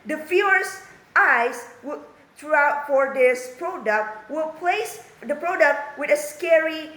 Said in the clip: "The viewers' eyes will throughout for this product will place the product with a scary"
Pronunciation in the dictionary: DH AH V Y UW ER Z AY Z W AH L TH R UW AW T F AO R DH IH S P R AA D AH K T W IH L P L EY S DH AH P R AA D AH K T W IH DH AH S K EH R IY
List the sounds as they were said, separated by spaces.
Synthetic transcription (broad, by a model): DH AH F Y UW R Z AY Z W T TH R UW AW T F AO R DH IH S P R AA D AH K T W IH L P L EY S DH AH P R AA D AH K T W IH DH AH S K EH R IY